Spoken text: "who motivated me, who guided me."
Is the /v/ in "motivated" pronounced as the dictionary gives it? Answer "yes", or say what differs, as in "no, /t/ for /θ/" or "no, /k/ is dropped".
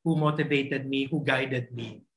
no, /b/ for /v/